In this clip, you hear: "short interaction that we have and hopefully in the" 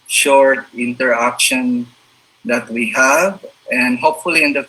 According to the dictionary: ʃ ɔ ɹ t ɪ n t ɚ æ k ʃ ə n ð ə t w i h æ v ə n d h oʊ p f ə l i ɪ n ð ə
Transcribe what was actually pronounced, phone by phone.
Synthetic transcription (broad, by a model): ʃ ɔ ɹ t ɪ n t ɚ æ k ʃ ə n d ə t w i h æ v ə n d h oʊ p f ə l i ɪ n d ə